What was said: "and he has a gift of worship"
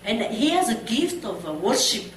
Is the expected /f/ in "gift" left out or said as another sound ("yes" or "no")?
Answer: no